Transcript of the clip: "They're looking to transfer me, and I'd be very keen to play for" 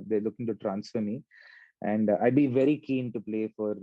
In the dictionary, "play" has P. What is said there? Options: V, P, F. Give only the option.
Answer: P